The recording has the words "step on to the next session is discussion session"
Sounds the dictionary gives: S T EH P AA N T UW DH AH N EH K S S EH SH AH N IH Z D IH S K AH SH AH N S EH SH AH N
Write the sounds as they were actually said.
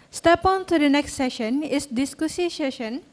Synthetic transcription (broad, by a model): S T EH P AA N T UW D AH N EH K S S EH SH AH N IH S D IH S K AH S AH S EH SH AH N